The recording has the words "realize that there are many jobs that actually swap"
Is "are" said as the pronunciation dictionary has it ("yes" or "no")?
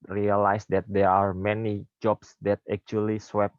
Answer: yes